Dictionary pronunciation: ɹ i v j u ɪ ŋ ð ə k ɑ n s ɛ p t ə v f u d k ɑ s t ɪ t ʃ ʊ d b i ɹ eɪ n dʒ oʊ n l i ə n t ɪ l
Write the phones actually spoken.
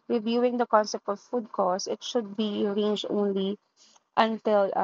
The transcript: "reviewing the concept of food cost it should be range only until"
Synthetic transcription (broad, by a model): ɹ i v j u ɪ ŋ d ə k ɑ n s ɛ p t ə v f u d k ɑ s ɪ t ʃ ʊ d b i ɹ eɪ n dʒ oʊ n l i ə n t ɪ l